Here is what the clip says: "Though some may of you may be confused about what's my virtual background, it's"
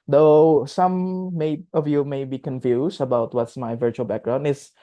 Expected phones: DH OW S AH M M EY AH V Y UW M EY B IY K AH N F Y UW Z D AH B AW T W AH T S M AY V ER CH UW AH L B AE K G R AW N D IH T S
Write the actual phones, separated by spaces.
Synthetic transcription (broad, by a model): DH OW S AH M M EY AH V Y UW M EY B IY K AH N F Y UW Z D AH B AW T W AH T S M AY V ER CH UW AH L B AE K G R AW N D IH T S